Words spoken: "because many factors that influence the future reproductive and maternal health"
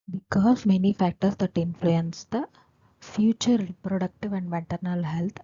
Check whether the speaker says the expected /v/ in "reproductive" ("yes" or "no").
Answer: yes